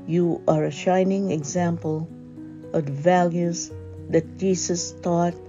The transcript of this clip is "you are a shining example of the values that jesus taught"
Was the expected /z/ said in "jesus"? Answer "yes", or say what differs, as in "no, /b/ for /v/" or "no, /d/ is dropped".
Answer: no, /s/ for /z/